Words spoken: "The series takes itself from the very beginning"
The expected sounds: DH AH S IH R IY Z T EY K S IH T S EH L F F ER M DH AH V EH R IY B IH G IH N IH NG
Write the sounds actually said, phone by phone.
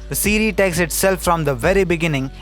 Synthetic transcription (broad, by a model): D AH S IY R IY T EY K S IH T S EH L F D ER M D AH V EH R IY B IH G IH N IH NG